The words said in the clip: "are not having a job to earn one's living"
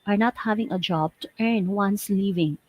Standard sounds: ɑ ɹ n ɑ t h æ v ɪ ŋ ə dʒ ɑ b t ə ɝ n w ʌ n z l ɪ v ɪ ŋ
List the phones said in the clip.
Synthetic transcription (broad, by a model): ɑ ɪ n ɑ t h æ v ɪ ŋ ə dʒ ɑ b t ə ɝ n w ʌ n s l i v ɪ ŋ